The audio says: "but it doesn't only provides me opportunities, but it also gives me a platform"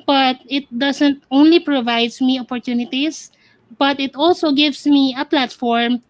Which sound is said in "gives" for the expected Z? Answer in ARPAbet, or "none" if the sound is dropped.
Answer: S